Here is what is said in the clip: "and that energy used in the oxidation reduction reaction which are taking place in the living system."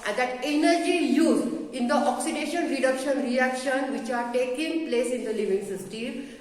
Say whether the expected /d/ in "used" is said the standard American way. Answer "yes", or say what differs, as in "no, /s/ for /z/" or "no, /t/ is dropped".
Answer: no, /d/ is dropped